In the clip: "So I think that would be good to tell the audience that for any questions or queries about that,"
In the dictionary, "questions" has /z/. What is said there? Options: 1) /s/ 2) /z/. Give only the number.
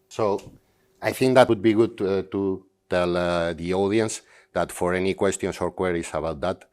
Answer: 1